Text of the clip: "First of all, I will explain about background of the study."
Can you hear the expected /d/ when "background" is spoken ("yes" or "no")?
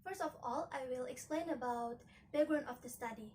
no